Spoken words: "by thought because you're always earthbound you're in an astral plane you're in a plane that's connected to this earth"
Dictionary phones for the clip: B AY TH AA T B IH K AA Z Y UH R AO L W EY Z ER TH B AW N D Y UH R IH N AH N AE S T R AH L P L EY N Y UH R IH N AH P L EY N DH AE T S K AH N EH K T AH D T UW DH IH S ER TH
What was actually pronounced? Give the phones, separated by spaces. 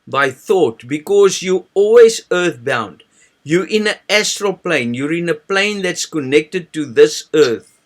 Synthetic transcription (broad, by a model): B AY TH AA T B IH K AA Z Y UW AO L W EY Z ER TH B AW N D Y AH R IH N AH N AE S T R AH L P L EY N Y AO R IH N AH P L EY N DH AE T S K AH N EH K T AH D T UW DH IH S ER TH